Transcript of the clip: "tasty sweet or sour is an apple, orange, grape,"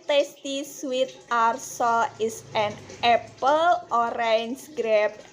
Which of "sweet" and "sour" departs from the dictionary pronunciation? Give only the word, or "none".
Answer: sour